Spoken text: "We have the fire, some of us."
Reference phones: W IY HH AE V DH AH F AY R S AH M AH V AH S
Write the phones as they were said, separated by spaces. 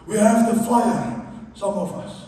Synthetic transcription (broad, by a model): W IY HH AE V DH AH F AY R S AH M AH V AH S